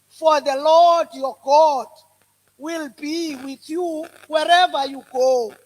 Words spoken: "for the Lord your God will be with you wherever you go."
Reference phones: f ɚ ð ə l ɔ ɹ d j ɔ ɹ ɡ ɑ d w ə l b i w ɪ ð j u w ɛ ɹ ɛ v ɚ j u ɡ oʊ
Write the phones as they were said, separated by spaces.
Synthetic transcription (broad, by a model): f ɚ ð ə l ɔ ɹ d j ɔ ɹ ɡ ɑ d w ə l b i w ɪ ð j u w ɛ ɹ ɛ v ɚ j u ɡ oʊ